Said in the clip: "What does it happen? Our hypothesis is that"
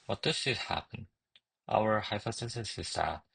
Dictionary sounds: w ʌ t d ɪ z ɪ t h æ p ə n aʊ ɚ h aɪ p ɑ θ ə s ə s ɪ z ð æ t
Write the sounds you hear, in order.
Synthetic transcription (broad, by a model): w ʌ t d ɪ s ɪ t h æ p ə n aʊ ɚ h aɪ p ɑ s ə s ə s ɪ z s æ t